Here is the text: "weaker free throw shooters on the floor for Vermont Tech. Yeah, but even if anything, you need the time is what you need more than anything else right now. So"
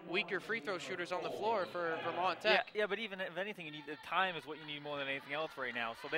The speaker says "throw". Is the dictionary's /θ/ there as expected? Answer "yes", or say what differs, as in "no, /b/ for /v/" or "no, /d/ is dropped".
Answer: yes